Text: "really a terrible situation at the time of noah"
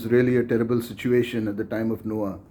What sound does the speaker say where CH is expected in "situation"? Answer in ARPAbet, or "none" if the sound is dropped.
CH